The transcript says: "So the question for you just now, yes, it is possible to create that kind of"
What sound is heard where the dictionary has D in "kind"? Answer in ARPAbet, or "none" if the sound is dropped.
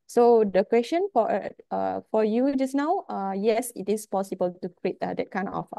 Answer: none